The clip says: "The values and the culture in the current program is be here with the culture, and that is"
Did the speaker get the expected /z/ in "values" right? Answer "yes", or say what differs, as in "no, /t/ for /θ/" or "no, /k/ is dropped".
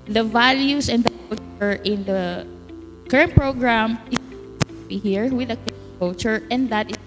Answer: no, /s/ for /z/